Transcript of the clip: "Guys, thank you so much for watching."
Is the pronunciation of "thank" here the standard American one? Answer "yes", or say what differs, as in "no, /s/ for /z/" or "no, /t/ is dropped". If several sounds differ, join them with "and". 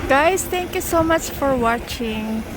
no, /t/ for /θ/